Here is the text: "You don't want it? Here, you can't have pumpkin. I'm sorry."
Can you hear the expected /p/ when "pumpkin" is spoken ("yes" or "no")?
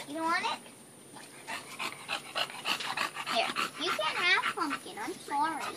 no